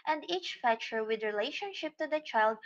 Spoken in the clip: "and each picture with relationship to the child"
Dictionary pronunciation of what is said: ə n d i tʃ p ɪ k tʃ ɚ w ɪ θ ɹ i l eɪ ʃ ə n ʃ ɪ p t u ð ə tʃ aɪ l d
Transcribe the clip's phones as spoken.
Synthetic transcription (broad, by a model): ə n d i tʃ f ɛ tʃ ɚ w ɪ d ɹ i l eɪ ʃ ə n ʃ ɪ p t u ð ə tʃ aɪ l d